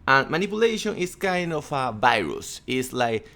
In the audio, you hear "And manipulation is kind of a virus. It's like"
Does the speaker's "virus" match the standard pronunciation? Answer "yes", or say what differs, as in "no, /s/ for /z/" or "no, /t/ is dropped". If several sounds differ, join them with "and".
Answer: yes